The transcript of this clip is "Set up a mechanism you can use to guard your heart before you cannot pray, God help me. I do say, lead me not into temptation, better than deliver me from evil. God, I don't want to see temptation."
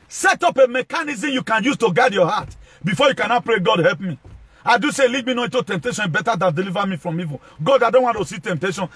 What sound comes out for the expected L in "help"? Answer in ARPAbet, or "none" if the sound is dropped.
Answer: L